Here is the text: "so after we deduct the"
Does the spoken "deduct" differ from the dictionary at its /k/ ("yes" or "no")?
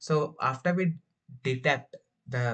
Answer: yes